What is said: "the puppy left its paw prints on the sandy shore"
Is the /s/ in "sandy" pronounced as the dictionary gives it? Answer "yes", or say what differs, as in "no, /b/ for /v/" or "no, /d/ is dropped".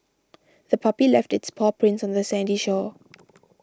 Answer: yes